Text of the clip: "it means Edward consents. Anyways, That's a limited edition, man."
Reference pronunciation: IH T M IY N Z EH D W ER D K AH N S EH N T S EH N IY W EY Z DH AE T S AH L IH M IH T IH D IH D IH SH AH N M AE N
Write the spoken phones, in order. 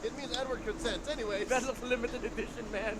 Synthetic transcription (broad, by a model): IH T M IY N Z EH D W ER D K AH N S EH N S EH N IY W EY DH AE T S AH L IH M IH T IH D IH D IH SH AH N M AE N